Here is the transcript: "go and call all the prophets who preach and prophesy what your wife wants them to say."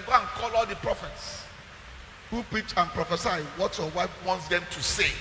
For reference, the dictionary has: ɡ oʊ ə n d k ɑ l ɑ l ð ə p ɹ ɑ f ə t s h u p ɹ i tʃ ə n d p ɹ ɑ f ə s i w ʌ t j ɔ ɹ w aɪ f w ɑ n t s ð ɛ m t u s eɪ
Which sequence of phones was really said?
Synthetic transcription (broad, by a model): ɡ oʊ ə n k ɑ l ɑ l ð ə p ɹ ɑ f ə t s h u p ɹ i tʃ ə n p ɹ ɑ f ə s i w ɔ t j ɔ w aɪ f w ɑ n t s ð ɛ m t u s eɪ